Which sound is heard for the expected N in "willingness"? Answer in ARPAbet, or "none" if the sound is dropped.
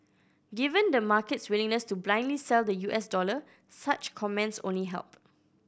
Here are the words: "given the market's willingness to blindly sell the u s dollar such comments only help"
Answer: N